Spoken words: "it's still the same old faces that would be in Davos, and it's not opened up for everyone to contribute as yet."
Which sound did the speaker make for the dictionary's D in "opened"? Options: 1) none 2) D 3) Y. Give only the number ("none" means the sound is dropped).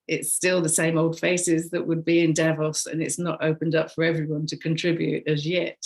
2